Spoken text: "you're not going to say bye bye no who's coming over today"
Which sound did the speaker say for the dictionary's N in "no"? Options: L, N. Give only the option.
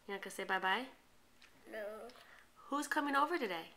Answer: L